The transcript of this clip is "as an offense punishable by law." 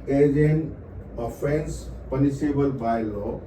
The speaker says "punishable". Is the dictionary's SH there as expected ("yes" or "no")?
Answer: no